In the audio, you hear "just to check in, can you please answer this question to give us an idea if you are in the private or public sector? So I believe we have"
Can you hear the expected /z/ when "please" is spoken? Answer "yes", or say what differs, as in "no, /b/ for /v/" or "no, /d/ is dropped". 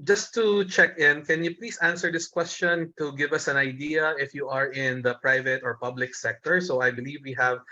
no, /s/ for /z/